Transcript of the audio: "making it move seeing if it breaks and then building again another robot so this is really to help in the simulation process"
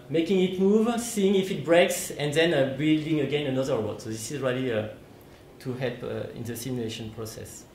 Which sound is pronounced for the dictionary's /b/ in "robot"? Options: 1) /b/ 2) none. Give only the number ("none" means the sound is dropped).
2